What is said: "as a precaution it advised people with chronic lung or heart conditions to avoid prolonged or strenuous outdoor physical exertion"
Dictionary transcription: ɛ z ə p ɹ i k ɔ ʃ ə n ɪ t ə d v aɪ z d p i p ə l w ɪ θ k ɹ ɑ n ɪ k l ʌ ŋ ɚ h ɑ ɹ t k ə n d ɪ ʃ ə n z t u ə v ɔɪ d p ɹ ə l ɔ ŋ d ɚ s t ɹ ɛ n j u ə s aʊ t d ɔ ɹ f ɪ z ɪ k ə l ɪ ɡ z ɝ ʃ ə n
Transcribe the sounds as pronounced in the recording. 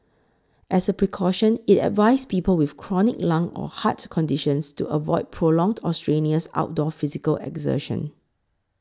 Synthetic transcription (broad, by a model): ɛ s ə p ɹ i k ɔ ʃ ə n ɪ t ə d v aɪ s p i p ə l w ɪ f k ɹ ɑ n ɪ k l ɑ ŋ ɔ h ɑ t k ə n d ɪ ʃ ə n s t u ə v ɔɪ d p ɹ ə l ɔ ŋ d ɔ s t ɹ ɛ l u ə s aʊ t d ɔ f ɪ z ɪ k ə l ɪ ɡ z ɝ ʃ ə n